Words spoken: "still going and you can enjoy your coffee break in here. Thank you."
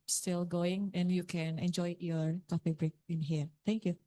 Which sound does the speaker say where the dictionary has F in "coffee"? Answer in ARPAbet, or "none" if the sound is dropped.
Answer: P